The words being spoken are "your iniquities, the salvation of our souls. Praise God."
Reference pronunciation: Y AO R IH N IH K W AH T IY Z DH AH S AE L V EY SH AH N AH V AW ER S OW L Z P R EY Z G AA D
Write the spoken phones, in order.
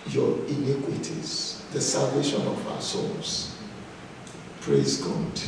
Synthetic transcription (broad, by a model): Y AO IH N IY K W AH T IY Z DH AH S AE L V EY SH AH N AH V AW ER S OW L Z P R EY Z G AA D